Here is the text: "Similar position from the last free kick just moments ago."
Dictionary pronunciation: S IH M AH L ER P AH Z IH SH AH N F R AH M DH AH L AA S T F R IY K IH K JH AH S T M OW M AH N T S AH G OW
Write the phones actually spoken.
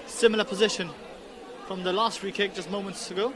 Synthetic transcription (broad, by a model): S IH M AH L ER P AH Z IH SH AH N F R AH M DH AH L AA S T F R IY K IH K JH AH S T M OW M AH N T S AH G OW